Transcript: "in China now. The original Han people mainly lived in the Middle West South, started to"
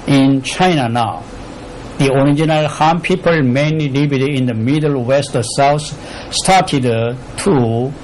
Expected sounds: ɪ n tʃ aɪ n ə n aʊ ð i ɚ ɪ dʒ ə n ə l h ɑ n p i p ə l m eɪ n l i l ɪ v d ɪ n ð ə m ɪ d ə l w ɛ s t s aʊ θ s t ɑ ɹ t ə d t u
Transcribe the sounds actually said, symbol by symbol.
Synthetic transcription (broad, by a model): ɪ n tʃ aɪ n ə n aʊ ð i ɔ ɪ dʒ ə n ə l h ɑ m p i p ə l m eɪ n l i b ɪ d ɪ n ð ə m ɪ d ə l w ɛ s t s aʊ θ s t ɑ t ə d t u